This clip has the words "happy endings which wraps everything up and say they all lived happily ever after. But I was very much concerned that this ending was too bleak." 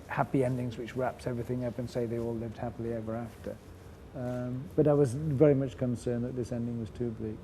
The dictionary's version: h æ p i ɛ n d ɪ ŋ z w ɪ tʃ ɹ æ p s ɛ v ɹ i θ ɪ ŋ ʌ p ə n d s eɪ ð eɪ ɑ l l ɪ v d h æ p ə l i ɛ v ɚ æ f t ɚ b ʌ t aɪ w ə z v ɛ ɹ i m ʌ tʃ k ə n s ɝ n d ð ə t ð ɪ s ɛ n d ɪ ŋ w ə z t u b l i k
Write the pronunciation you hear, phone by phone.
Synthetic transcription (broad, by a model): h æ p i ɛ n d ɪ ŋ z w ɪ tʃ ɹ æ p s ɛ v ɹ i θ ɪ ŋ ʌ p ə n s eɪ ð eɪ ɑ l l ɪ v d h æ p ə l i ɛ v ɚ æ f t ɚ b ʌ t aɪ w ə z v ɛ ɹ i m ʌ tʃ k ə n s ɝ n ð ə t ð ɪ s ɛ n d ɪ ŋ w ə z t u b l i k